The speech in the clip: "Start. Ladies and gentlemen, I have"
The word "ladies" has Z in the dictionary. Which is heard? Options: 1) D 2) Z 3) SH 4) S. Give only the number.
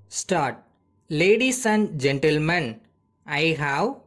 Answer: 4